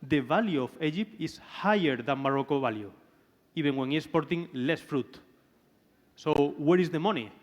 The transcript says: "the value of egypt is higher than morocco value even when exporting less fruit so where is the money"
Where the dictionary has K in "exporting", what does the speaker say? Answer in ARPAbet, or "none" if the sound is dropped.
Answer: none